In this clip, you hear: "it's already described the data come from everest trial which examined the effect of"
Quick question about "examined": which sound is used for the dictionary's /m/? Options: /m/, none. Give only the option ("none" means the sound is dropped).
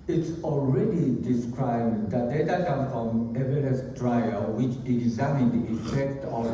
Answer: none